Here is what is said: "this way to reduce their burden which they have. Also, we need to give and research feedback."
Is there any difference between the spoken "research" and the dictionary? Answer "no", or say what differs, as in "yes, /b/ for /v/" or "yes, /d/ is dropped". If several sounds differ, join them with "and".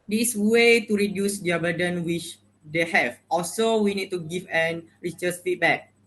yes, /s/ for /tʃ/